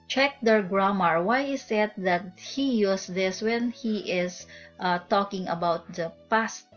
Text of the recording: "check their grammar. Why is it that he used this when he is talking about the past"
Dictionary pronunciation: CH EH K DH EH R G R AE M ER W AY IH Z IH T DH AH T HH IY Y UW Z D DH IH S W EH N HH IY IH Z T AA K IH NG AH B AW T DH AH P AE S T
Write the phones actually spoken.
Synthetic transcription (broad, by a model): CH EH K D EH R G R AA M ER W AY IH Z IH T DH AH T HH IY Y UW S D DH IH S W EH N HH IY IH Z T AA K IH NG AH B AW T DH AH P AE S T